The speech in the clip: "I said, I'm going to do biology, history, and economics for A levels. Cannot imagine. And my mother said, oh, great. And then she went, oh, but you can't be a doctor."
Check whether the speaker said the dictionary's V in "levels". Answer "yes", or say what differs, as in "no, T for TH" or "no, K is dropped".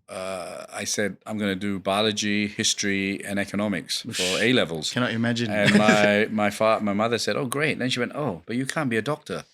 yes